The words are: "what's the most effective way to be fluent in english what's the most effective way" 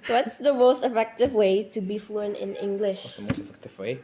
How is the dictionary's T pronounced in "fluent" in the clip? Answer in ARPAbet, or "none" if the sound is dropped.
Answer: none